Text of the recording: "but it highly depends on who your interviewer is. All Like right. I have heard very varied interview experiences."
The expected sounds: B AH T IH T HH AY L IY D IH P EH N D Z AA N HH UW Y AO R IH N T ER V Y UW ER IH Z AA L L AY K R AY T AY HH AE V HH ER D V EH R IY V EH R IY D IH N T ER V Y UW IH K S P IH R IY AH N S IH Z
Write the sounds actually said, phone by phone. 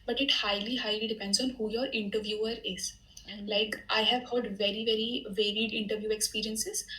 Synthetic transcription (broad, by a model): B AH T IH T HH AY L IY D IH P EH N D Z AA N HH UW Y AO R IH N T ER V Y UW ER IH Z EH N L AY K T AY HH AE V HH ER D V EH R IY V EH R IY D IH N T ER V Y UW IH K S P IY R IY AH N S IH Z